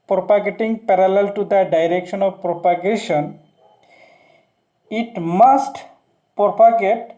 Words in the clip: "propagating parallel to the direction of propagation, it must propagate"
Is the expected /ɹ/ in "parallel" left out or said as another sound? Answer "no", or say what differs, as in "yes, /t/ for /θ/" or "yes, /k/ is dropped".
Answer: no